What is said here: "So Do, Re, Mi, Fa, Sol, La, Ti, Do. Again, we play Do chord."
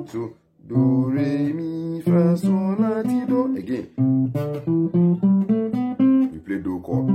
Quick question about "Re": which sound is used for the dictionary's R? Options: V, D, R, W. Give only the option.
R